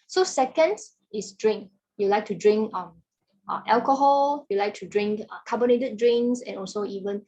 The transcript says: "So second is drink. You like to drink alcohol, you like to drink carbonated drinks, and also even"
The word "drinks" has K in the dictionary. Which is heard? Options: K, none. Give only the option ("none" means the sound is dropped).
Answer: none